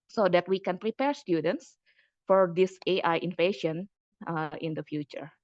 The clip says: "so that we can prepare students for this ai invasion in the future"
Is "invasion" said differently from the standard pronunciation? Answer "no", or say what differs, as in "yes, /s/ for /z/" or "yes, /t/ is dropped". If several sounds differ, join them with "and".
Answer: yes, /f/ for /v/ and /ʃ/ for /ʒ/